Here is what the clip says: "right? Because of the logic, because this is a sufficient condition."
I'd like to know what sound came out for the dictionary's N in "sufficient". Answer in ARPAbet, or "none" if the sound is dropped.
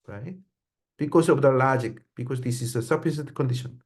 none